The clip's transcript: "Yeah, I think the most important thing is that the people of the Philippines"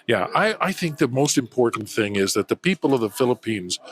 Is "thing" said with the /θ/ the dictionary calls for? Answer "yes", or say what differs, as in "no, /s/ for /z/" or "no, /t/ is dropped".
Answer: yes